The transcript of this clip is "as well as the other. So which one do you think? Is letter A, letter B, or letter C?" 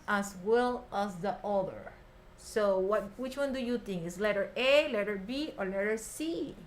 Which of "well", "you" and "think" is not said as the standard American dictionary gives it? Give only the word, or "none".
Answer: think